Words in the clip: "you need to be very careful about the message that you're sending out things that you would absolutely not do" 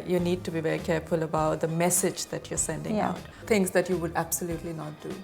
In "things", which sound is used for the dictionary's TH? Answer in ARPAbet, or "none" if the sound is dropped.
T